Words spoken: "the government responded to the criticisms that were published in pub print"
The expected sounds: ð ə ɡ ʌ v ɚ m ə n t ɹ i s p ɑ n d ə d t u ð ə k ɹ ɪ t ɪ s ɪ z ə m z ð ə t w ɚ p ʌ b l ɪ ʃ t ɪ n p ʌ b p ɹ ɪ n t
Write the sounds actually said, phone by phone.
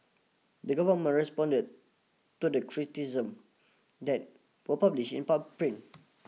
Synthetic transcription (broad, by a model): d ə ɡ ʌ v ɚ m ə n ɹ i s p ɑ n d ə d t u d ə k ɹ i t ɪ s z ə m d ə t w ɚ p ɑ b l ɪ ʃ ɪ n p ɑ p ɹ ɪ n